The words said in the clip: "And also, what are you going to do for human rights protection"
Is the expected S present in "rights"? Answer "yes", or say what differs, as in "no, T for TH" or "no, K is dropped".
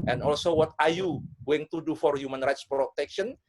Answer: yes